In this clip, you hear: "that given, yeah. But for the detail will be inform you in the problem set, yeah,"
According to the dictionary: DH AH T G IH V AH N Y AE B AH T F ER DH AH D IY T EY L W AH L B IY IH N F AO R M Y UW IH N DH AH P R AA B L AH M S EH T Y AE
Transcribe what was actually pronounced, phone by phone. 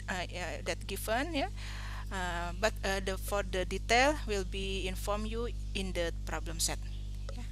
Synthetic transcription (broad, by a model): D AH T G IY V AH N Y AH B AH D F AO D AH D IY T EY L W AH L B IY IH N F AO R M Y UW IH N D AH P R AA B L AH M S EH T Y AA